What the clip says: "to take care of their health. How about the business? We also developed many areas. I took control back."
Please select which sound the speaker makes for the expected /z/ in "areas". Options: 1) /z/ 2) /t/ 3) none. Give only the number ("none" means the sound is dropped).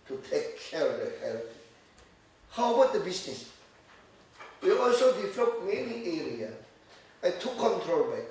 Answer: 3